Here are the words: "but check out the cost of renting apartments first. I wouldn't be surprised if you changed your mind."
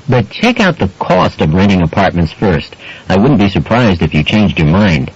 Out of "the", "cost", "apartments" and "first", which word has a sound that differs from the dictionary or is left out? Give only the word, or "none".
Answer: none